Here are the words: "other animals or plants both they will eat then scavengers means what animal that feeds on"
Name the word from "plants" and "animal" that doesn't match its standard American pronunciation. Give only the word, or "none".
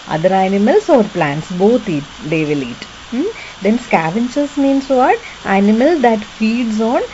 none